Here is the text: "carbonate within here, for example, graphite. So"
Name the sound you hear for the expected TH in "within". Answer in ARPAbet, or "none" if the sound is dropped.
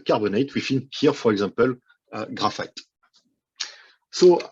F